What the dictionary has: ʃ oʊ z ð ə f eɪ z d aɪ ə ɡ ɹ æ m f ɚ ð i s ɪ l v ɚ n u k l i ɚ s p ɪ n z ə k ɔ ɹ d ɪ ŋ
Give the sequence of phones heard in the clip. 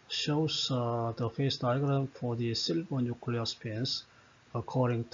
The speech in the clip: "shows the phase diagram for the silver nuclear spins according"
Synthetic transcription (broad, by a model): ʃ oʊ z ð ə f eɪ s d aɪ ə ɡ ɹ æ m f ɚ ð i s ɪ l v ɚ n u k l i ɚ s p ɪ n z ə k ɔ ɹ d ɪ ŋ